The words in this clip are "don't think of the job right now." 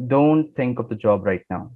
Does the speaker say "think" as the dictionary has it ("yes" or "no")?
no